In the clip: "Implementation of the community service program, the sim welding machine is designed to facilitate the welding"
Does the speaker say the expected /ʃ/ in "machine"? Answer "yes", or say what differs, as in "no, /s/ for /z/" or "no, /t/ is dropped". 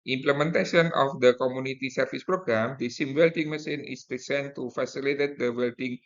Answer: no, /s/ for /ʃ/